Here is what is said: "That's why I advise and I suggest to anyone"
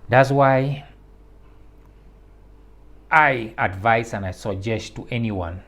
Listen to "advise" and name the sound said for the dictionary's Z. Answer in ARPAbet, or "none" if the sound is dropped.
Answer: S